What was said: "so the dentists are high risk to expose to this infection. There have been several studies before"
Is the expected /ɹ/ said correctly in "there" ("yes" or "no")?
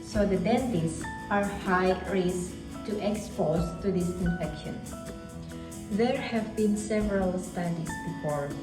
yes